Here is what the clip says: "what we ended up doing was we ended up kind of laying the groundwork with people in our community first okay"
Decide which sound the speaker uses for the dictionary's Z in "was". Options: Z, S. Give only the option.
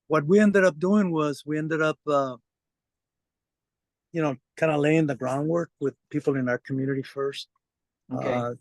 Z